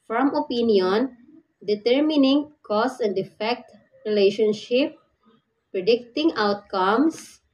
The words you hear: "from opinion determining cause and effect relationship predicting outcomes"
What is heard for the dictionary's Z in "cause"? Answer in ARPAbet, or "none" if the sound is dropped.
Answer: S